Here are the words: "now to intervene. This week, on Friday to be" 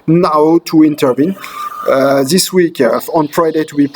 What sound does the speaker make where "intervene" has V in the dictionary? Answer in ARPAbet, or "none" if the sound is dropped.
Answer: V